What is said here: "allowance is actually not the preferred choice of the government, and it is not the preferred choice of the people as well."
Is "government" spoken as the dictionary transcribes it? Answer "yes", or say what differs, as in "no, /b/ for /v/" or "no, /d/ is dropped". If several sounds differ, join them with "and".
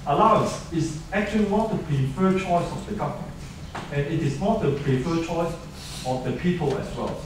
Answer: no, /t/ is dropped